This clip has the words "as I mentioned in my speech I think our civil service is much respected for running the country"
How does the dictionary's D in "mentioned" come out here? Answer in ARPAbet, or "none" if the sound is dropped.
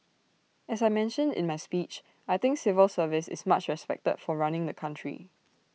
D